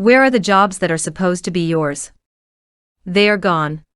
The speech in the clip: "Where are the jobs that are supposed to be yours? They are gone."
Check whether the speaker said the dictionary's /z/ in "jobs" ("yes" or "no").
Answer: yes